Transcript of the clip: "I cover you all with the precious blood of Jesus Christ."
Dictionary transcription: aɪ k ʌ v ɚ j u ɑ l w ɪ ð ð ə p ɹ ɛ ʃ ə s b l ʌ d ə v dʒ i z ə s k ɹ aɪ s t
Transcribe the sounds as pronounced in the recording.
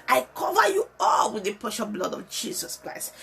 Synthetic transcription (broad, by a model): aɪ k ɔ v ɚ j u ɑ l w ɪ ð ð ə p ɛ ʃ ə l b l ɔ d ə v dʒ i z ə s k ɹ aɪ s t